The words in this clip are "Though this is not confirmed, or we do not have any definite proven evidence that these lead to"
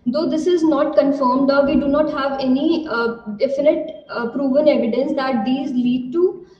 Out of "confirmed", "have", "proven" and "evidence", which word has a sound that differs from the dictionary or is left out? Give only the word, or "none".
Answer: none